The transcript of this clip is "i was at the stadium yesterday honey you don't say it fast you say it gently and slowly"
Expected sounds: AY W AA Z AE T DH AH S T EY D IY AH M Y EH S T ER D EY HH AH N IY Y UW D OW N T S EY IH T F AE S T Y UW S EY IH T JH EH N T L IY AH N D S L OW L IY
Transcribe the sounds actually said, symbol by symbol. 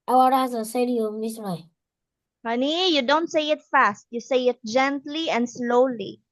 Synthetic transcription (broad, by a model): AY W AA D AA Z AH S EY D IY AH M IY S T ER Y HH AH N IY Y UW D OW N T S EY IH T F AE S T Y UW S EY IH T JH EH N T L IY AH N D S L OW L IY